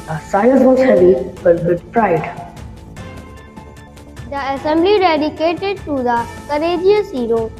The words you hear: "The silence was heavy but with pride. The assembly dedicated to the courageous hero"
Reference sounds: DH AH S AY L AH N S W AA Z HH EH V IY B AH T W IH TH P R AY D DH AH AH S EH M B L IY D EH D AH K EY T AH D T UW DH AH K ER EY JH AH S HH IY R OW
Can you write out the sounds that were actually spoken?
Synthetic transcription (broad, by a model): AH S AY AH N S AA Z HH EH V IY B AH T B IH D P R AY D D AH AH S EH M B L IY D EH D AH K EY T AH D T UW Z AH K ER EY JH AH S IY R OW